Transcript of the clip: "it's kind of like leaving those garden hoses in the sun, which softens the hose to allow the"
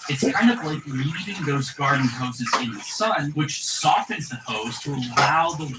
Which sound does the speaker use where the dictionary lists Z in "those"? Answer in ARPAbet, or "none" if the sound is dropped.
Z